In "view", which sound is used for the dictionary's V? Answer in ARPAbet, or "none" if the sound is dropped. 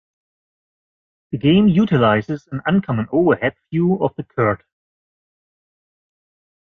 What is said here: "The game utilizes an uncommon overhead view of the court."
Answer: F